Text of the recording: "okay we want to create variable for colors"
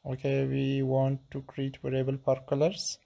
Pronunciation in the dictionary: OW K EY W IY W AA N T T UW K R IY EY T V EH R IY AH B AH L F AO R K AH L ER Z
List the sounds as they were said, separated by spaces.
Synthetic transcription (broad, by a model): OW K EY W IY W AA N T T UW K R IY EY T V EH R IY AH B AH L P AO R K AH L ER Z